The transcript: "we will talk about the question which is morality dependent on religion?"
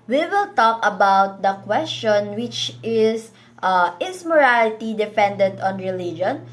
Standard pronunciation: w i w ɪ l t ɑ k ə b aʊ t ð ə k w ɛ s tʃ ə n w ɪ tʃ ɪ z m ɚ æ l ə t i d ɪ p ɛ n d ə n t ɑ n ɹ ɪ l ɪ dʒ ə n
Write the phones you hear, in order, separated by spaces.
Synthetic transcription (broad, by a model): w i w ɪ l t ɑ k ə b aʊ t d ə k w ɛ s tʃ ə n w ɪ tʃ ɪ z m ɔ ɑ l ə t i d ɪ f ɛ n d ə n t ɑ n ɹ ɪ l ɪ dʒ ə n